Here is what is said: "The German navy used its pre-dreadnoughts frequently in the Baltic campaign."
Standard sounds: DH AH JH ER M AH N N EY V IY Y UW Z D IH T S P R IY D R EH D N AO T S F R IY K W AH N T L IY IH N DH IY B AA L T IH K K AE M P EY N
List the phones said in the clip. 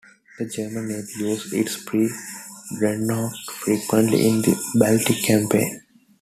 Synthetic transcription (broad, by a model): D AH JH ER M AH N N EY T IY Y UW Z IH T S P R IY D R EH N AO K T F R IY K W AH N T L IY IH N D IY B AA L T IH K K AE M P EY N